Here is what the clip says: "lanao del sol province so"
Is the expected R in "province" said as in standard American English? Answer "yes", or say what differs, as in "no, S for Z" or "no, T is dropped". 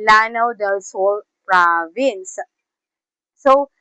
yes